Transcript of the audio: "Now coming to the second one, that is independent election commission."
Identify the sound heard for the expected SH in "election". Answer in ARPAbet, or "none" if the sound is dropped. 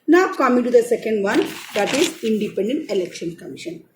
SH